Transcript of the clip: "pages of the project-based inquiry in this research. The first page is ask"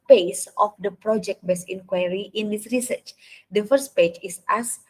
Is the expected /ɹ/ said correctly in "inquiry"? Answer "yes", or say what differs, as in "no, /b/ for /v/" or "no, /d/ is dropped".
yes